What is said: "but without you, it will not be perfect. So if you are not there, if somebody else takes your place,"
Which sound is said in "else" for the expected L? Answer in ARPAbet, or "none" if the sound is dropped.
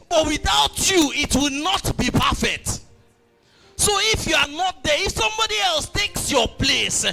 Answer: L